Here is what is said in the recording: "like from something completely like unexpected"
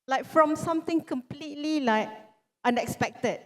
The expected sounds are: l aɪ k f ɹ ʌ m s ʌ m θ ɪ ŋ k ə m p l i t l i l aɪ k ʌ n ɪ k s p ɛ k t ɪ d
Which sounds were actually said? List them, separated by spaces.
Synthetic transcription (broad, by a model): l aɪ k f ɹ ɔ m s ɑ m t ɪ ŋ k ə m p l i t l i l aɪ k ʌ n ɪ k s p ɛ k t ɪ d